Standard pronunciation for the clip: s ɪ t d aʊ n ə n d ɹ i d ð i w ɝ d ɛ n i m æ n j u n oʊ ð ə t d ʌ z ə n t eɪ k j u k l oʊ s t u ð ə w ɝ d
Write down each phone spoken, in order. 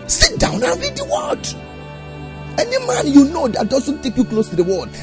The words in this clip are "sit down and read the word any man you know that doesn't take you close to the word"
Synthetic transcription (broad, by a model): s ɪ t d aʊ n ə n ɹ i d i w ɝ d ɛ n i m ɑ n j u n oʊ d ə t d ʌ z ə n t eɪ k j u k l oʊ s t u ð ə w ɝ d